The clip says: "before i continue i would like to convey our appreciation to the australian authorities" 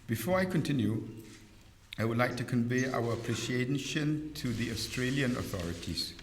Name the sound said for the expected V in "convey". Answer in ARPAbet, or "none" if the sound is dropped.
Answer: V